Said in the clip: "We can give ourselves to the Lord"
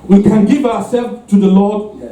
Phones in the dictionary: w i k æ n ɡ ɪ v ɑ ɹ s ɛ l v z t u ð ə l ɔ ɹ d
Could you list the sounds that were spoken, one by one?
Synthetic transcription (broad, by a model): w i k æ n ɡ ɪ v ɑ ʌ s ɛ l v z t u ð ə l ɔ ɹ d